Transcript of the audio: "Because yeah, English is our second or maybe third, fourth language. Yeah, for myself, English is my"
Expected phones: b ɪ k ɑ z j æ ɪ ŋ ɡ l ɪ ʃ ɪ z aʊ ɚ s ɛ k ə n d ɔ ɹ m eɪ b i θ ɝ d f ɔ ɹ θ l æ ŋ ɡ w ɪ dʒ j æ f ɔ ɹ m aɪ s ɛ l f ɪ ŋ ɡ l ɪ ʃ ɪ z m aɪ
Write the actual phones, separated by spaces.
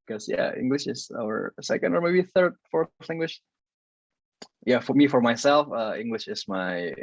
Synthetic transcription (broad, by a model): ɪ k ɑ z j æ ɪ ŋ ɡ l ɪ ʃ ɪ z aʊ ɚ s ɛ k ə n d ɔ ɹ m eɪ b i θ ɝ d f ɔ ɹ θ l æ ŋ ɡ w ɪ ʃ j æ f ɔ ɹ m aɪ s ɛ l f ɪ ŋ ɡ l ɪ ʃ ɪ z m aɪ